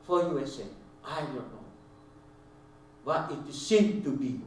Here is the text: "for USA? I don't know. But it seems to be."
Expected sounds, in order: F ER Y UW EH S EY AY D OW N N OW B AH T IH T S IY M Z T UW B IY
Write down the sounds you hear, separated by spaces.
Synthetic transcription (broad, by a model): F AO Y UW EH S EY AY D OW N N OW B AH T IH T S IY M T UW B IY